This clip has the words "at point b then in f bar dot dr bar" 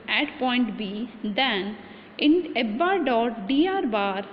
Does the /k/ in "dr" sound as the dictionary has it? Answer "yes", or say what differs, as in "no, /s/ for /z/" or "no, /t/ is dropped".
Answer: no, /k/ is dropped